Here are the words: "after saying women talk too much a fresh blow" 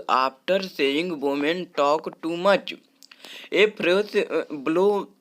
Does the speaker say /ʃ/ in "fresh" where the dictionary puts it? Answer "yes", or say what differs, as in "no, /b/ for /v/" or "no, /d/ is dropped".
no, /s/ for /ʃ/